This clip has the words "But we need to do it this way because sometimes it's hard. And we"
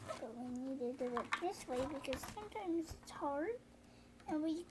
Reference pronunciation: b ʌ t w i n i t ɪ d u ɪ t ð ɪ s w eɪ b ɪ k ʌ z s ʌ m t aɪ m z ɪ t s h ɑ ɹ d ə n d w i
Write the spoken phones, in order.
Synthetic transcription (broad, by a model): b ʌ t w i n i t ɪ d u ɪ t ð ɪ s w eɪ b ɪ k ʌ z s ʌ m t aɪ m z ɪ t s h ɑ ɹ ə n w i